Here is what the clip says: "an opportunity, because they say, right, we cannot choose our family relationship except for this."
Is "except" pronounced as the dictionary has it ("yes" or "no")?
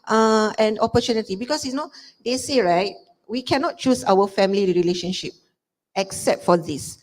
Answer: yes